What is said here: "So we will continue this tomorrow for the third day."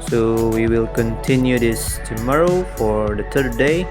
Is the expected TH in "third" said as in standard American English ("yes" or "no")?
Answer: no